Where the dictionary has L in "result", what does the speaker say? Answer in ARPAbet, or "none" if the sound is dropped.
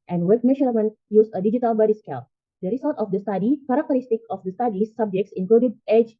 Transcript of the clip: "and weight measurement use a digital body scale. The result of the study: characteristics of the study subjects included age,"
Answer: none